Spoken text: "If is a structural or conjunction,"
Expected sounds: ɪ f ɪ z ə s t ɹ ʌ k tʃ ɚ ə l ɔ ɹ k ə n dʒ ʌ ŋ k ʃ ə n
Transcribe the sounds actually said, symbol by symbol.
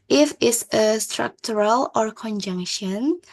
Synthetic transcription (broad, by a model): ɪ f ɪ s ə s t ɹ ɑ k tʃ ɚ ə l ɔ ɹ k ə n dʒ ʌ ŋ k ʃ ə n